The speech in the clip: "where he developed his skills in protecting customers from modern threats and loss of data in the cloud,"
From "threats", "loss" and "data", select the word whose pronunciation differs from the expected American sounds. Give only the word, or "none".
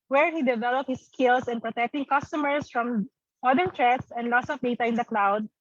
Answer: threats